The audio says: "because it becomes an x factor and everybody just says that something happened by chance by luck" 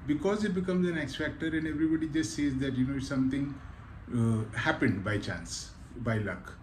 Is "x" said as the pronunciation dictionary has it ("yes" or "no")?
yes